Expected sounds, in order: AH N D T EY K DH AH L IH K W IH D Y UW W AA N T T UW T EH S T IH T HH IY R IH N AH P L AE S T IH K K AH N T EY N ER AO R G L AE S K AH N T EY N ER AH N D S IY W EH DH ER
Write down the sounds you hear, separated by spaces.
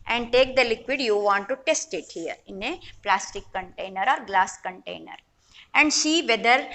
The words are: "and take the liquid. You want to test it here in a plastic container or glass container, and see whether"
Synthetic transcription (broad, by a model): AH N D T EY K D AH L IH K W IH D Y UW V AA N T T UW T EH S T IH T HH IY R IH N AH P L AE S T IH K K AH N T EY N ER AO R G L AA S K AH N T EY N ER AH N D SH IY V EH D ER